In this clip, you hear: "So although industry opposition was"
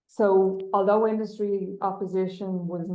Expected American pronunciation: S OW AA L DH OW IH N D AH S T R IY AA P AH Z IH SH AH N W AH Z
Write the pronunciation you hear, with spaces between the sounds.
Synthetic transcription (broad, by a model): S OW AA L DH OW IH N D AH S T R IY AA P AH Z IH SH AH N W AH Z